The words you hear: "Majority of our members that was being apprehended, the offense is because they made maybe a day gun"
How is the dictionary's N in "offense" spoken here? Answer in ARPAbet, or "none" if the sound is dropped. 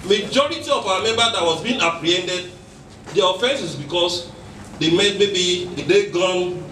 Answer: N